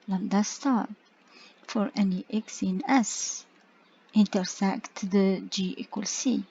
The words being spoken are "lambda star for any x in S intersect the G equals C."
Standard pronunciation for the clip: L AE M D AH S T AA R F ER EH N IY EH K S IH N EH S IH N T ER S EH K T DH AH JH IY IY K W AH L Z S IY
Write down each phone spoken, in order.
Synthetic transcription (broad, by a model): L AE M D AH S T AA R F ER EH N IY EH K S IH N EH S IH N T ER S EH K T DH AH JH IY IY K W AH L S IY